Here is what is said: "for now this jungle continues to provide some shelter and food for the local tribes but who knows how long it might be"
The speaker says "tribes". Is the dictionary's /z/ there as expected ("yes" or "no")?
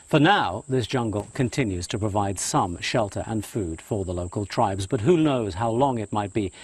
yes